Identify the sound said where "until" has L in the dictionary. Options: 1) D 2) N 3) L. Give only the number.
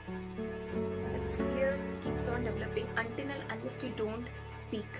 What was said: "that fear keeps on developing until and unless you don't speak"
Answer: 2